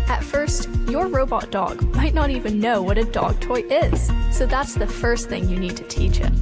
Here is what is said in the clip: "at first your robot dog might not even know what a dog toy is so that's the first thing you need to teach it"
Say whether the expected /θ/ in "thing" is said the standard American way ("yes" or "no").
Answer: yes